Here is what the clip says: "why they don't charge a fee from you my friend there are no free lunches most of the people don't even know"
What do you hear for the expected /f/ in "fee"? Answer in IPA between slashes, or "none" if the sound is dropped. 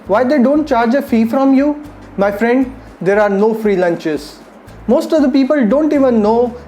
/f/